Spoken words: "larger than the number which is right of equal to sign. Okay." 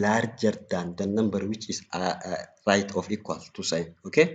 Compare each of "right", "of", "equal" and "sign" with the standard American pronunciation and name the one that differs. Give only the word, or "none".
of